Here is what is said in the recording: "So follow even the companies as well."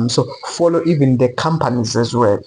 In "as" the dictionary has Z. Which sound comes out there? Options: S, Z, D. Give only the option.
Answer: Z